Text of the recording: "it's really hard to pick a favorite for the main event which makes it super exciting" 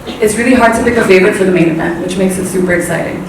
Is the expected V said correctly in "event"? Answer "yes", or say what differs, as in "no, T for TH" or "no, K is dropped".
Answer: no, B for V